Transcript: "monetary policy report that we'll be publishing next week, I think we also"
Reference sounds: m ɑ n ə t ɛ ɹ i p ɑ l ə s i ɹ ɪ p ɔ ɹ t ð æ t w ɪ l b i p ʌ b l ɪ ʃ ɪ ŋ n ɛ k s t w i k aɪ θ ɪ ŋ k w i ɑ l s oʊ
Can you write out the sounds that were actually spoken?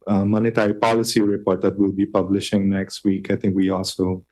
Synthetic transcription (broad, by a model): m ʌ n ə t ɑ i p ɑ l ə s i ɹ ɪ p ɔ ɹ t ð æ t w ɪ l b i p ʌ b l ɪ ʃ ɪ ŋ n ɛ k s t w i k aɪ t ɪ ŋ k w i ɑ l s oʊ